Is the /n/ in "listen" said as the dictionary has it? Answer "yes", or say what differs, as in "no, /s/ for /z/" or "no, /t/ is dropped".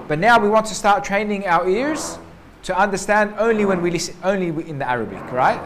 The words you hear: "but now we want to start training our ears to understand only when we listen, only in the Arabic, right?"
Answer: no, /n/ is dropped